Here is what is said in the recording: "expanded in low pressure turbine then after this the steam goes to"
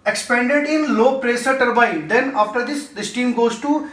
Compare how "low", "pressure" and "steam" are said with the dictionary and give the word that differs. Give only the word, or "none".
pressure